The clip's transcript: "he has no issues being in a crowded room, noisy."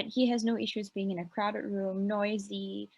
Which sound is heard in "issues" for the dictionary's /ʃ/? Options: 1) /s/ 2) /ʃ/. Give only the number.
2